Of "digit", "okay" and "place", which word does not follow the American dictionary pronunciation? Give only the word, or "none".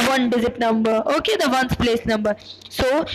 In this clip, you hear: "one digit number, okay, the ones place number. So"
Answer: digit